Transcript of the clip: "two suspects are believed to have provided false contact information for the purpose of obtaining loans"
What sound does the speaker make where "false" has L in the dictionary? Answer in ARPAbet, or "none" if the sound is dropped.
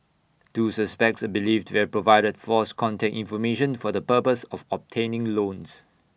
none